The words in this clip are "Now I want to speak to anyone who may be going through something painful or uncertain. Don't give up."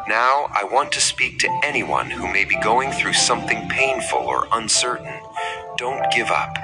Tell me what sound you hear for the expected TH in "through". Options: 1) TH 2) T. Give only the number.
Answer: 1